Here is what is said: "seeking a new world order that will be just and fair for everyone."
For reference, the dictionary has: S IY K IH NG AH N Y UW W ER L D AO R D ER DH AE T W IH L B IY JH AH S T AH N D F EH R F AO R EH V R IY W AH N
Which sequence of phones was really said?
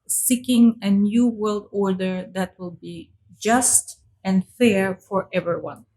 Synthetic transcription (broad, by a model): S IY K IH NG AH N Y UW W ER L D AO R D ER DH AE T W IH L B IY JH AH S T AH N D F EH R F AO R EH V R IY W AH N